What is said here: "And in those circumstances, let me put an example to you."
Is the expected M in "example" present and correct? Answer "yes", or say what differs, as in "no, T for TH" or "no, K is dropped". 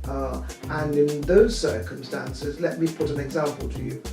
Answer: yes